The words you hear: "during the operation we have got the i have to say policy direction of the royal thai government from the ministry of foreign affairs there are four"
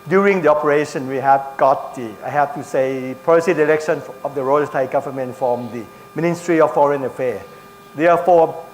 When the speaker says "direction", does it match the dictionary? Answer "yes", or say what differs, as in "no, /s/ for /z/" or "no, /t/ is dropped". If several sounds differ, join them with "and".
no, /l/ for /ɹ/